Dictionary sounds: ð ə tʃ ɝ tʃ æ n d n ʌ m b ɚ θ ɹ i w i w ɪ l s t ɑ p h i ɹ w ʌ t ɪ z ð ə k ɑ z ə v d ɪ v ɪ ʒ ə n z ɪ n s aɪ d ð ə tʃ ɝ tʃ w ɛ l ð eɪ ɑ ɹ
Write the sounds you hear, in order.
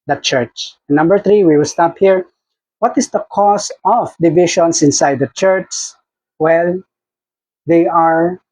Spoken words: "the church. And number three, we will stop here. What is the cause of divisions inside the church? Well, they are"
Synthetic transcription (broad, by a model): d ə tʃ ɝ tʃ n n ʌ m b ɚ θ ɹ i w i w ɪ l s t ɑ p h i ɹ w ʌ t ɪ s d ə k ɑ s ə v d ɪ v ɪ ʃ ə n s ɪ n s aɪ d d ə tʃ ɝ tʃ w ɛ l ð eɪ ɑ ɹ